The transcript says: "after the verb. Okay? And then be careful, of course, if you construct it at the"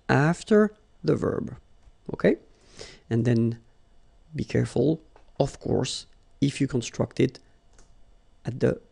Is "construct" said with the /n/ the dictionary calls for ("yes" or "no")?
yes